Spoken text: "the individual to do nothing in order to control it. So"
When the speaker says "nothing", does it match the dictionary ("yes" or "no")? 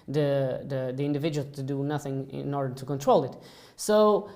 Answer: yes